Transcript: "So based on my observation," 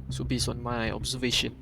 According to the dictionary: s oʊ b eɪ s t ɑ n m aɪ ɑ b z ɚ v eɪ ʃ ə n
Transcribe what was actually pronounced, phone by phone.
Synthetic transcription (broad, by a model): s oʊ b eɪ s ɑ n m aɪ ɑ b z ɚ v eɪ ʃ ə n